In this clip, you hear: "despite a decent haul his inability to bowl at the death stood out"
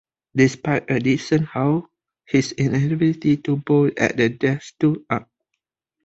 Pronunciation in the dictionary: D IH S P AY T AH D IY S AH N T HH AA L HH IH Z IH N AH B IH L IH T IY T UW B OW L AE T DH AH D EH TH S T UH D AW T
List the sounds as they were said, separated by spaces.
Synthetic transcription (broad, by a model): D IH S P AY T AH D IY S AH N HH AA W HH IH S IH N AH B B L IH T IY T UW B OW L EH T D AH D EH S T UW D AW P